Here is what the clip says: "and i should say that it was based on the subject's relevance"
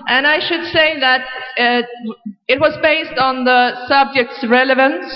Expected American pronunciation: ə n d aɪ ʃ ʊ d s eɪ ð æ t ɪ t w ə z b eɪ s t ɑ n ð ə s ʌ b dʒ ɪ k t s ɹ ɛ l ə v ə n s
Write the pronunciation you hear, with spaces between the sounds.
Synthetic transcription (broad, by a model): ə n aɪ ʃ ʊ d s eɪ ð æ t ɪ t w ə z b eɪ s t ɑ n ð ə s ʌ b dʒ ɪ k t s ɹ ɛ l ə v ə n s